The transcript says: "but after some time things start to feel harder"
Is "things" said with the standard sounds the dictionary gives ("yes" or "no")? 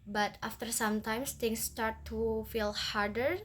no